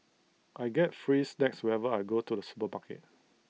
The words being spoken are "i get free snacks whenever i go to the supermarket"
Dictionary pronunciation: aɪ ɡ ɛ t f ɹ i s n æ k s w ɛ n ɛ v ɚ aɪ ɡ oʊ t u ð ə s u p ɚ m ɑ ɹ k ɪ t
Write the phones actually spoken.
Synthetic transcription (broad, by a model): aɪ ɡ ɛ t f ɹ i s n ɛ k s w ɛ ɛ v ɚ aɪ ɡ oʊ t u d ə s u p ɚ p ɑ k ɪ t